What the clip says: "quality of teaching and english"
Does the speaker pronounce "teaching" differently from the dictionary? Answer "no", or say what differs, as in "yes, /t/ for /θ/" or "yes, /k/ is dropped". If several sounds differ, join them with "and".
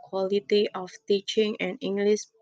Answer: no